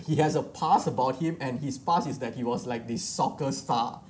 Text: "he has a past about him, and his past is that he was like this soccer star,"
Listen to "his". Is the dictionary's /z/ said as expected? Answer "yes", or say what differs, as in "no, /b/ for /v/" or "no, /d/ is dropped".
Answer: no, /s/ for /z/